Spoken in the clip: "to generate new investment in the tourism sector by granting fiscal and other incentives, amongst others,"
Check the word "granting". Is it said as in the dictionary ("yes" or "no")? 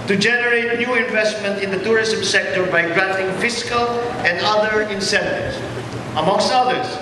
yes